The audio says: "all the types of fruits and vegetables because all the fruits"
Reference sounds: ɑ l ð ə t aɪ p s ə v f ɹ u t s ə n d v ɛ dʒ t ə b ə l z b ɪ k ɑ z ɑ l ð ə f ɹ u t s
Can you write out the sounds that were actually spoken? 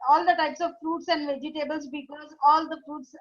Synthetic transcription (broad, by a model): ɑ l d ə t aɪ p s ə v f ɹ u t s ə n d v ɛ dʒ t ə b ə l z b ɪ k ɑ z ɑ l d ə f ɹ u t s